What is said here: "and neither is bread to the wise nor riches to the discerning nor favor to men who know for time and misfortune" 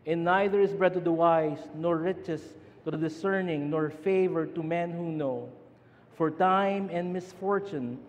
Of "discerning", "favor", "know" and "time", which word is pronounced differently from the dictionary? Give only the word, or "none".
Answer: none